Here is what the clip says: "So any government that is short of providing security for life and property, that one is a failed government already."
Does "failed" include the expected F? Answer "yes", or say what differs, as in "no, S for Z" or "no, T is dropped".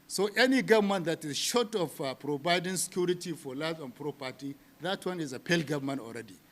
no, P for F